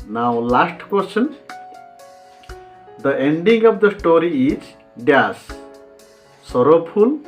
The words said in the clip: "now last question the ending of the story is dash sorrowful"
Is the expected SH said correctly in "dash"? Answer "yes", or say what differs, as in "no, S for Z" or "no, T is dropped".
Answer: no, S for SH